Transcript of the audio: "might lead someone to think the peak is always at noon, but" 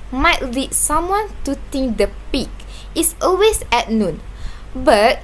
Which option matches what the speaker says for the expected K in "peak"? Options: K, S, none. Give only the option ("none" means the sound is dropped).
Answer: K